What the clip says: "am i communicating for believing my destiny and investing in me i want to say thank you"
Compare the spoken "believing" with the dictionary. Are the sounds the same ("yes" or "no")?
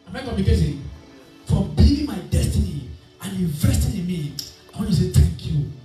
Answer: no